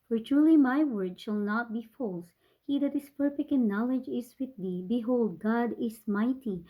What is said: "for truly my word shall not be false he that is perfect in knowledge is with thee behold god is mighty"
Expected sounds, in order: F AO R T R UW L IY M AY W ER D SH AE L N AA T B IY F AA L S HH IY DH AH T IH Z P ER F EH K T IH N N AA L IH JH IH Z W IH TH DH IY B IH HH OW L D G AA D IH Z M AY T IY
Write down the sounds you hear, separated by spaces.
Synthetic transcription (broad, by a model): F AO R T R UW L IY M AY W ER D SH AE L N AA T B IY F AA L S HH IY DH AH T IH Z P ER F EH K T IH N N AA L IH JH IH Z W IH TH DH IY B IH HH OW L D G AA D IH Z M AY T IY